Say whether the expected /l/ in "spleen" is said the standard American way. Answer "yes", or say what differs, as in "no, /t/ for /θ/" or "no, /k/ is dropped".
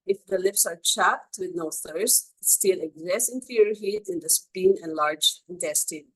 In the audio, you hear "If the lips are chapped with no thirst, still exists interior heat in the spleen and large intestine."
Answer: no, /l/ is dropped